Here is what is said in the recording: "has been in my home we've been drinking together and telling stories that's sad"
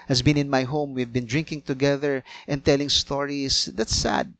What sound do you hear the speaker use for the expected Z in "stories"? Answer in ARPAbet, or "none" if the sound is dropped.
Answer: S